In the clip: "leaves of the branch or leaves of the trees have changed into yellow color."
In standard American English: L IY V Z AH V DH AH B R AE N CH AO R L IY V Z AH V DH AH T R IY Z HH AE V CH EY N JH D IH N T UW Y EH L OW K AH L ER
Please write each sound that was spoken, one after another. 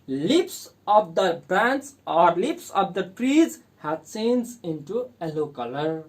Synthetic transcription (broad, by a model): L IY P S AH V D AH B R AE N S AO R L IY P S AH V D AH T R IY Z HH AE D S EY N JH IH N T UW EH L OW K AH L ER